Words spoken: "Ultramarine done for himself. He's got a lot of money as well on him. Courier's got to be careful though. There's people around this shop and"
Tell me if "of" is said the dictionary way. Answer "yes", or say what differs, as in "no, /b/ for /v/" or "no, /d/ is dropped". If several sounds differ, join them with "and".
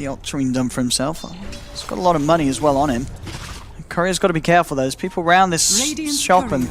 yes